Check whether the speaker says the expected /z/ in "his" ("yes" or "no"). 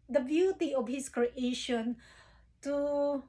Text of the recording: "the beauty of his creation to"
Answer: no